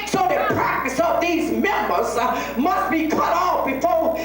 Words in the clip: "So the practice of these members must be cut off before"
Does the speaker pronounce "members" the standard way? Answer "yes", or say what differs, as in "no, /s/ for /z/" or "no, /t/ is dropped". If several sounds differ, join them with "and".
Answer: yes